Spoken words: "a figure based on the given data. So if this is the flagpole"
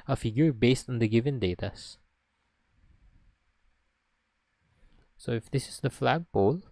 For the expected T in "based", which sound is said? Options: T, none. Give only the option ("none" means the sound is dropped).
T